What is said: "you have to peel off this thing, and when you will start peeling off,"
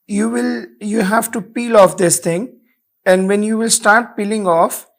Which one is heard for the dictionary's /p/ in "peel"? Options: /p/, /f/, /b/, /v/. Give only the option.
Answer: /p/